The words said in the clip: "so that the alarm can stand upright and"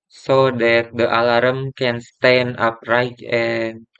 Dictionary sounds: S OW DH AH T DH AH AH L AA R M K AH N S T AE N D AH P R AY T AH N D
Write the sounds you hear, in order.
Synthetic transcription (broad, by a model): S OW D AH T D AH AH L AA R M K AH N S T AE N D AH P R AY T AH N